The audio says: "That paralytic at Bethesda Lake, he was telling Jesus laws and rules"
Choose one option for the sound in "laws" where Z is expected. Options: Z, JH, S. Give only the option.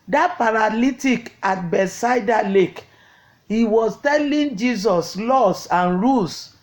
S